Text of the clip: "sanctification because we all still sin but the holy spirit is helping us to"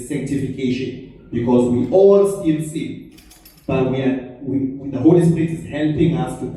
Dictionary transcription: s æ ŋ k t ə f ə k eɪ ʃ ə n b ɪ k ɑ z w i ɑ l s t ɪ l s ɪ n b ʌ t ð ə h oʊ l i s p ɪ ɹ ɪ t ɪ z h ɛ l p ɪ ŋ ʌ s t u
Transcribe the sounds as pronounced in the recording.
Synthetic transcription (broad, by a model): s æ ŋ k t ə f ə k eɪ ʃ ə n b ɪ k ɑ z w i ɑ l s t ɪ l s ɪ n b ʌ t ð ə h oʊ l i s p ɪ ɹ ɪ t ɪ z h ɛ l p ɪ ŋ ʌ s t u